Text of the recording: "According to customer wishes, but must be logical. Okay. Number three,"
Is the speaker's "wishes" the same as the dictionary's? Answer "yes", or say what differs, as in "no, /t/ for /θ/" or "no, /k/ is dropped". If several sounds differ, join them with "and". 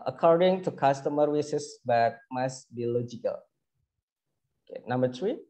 no, /s/ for /ʃ/ and /s/ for /z/